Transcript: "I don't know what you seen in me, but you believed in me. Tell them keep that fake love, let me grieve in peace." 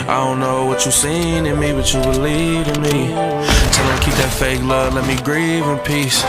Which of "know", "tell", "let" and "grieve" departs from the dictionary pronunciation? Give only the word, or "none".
tell